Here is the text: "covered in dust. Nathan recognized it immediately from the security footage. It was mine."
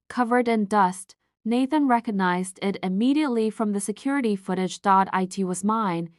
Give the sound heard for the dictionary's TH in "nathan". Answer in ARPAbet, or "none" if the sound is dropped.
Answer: TH